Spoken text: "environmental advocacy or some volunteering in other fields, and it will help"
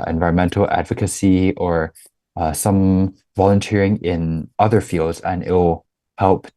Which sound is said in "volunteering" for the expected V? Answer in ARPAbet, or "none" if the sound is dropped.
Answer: V